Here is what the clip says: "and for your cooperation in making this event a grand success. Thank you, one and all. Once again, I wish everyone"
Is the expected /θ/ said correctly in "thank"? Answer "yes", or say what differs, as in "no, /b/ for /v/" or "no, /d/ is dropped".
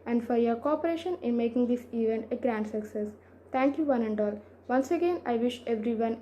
no, /t/ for /θ/